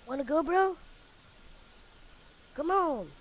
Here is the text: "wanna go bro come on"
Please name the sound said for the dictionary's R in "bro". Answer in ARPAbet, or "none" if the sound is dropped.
R